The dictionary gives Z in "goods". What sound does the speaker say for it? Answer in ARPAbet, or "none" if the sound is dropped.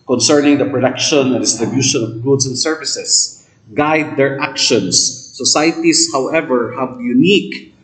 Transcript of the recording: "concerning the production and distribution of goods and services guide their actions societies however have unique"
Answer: S